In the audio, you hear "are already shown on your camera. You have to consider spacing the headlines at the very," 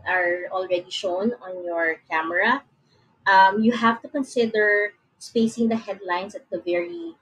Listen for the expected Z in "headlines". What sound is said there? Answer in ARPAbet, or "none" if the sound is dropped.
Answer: S